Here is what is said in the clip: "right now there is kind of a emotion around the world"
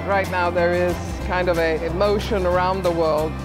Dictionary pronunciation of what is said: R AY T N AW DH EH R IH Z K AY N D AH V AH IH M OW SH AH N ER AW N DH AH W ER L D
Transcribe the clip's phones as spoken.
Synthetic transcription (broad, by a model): R AY T N AW DH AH R IH Z K AY N D AH V AH IH M OW SH AH N ER AW N DH AH W ER L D